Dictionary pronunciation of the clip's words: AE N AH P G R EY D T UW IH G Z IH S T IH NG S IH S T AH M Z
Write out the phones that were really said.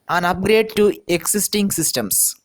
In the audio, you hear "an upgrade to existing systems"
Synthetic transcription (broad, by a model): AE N AH P G R EY D T UW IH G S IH S T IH NG S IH S T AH M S